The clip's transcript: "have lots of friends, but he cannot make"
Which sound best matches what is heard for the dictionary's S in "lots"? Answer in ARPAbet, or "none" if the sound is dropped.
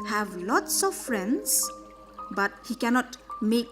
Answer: S